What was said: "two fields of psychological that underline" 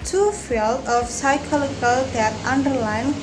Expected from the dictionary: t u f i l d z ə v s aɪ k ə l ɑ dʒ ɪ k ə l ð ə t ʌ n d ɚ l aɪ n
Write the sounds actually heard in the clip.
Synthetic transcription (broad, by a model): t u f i l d ə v s aɪ k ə l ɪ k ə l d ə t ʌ n d ɚ l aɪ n